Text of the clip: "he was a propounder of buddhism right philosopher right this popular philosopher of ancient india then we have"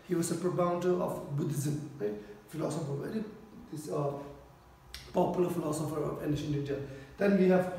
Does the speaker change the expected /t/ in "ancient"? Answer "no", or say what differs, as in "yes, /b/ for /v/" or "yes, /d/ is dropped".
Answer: yes, /t/ is dropped